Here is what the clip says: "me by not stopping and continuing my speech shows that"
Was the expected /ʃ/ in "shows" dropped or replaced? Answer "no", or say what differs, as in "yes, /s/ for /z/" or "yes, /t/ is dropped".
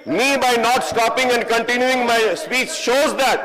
no